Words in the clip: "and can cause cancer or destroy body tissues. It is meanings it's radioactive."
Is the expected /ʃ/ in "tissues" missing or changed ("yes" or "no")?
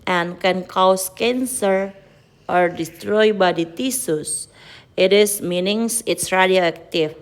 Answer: yes